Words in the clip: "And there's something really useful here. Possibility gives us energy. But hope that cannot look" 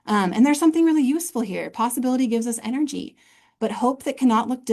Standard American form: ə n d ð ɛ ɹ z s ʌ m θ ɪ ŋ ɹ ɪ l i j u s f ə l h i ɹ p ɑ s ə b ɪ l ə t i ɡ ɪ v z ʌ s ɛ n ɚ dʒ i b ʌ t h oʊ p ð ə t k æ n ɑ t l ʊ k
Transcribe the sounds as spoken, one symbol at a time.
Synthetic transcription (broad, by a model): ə n ð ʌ ɹ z s ʌ m θ ɪ ŋ ɹ ɪ l i j u s f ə l h i ɹ p ɑ s ə b ɪ l ə t i ɡ ɪ v z ʌ s ɛ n ɚ dʒ i b ʌ t h oʊ p ð ə t k æ n ɑ t l ʊ k